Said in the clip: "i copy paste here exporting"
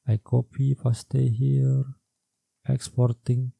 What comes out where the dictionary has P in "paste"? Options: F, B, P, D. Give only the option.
F